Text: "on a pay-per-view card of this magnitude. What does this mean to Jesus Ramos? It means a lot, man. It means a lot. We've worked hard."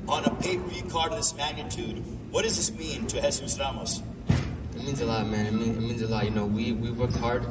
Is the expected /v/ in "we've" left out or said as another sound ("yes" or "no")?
yes